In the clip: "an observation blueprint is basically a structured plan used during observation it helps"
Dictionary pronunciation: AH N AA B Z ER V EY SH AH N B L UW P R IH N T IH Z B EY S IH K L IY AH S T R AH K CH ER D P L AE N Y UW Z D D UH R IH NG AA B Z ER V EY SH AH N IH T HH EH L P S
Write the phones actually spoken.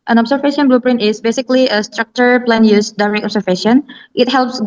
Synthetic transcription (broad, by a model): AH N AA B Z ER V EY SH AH N B L UW P R IH N T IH S B EY S IH K L IY AH S T R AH K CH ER P L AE N Y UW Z D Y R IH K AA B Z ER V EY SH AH N IH T HH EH L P S